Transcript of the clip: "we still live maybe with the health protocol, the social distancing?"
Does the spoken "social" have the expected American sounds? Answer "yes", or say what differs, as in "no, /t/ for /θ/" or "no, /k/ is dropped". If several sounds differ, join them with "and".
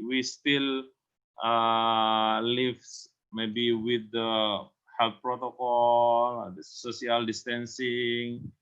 no, /ʃ/ is dropped